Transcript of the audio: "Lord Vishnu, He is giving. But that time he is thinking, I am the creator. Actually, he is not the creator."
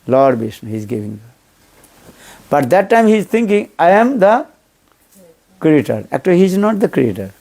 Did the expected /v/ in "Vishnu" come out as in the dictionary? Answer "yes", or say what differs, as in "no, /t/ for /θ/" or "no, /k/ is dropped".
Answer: no, /b/ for /v/